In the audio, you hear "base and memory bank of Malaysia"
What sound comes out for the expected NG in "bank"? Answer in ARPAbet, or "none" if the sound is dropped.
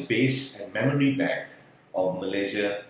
none